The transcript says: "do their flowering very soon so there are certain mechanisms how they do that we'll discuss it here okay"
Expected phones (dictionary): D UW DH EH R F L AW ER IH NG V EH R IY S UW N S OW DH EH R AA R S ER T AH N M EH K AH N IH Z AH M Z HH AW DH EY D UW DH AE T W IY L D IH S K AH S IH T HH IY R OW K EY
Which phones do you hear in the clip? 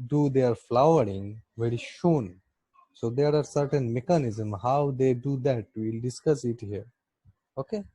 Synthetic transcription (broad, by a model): D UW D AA R F L AW ER IH NG V EH R IY SH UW N S OW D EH R AA R S ER T AH N M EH K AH N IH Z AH M HH AW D EY D UW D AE T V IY L D IH S K AH S IH T HH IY R OW K EY